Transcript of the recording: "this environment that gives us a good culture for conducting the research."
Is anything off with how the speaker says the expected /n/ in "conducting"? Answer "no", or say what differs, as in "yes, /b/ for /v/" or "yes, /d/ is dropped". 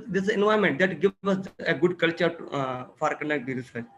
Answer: yes, /n/ is dropped